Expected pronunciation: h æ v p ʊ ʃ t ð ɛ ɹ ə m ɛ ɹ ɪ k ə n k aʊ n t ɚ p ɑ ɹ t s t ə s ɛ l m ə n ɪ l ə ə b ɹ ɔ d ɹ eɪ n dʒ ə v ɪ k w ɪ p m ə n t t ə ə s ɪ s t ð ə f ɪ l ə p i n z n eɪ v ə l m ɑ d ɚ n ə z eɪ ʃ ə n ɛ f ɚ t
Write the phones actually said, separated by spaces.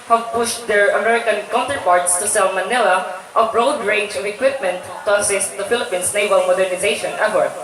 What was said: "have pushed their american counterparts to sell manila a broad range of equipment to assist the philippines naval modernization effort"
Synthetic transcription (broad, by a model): h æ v p ʊ ʃ t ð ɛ ɹ ə m ɛ ɹ ɪ k ə n k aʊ n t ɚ p ɑ ɹ t s t ə s ɛ l m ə n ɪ l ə ə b ɹ ɔ d ɹ eɪ n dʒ ə v ɪ k w ɪ p m ə n t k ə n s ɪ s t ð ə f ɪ l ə p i n s n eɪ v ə l m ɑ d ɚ n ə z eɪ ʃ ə n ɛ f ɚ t